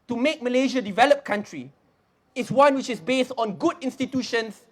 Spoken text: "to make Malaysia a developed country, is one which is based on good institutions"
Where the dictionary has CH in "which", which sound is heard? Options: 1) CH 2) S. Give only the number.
1